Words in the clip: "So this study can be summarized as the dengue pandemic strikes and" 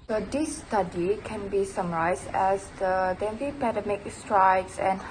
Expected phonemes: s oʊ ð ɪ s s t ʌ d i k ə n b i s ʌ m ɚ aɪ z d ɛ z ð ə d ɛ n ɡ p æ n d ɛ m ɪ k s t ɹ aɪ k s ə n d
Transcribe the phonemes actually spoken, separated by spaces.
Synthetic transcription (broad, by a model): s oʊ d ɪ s s t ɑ d i k ə n b i s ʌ m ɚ aɪ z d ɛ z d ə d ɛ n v p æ d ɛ m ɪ k s t ɹ aɪ k s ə n